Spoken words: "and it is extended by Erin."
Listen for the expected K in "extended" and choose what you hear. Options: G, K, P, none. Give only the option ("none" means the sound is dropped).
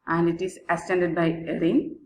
none